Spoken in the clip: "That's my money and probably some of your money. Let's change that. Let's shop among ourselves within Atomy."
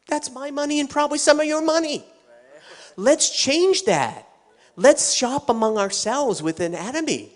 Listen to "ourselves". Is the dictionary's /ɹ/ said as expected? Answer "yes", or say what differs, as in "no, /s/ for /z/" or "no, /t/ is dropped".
yes